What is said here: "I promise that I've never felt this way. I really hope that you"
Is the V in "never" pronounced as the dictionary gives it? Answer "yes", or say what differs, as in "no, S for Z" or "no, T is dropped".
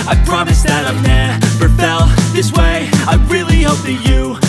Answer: no, B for V